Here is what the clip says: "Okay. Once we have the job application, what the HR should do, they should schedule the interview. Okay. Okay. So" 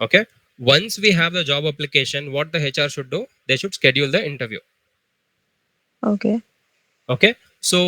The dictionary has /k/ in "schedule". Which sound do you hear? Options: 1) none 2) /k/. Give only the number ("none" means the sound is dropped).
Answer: 2